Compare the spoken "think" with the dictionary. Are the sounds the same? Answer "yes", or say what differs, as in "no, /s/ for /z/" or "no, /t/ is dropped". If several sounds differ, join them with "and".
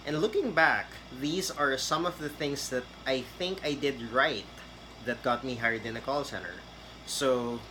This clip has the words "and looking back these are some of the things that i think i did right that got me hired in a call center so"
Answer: yes